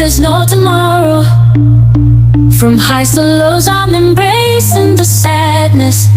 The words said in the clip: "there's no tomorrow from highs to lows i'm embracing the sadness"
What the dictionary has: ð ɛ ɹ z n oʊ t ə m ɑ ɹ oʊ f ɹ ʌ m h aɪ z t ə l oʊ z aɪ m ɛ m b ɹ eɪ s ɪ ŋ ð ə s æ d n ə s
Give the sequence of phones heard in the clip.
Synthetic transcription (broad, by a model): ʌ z n oʊ t ə m ɑ ɹ oʊ f ɹ ʌ m h aɪ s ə l oʊ z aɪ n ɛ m b ɹ eɪ s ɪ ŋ ð ə s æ d n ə s